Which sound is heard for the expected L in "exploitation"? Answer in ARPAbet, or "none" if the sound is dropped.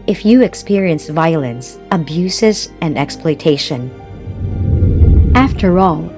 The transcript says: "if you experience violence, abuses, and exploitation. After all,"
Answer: L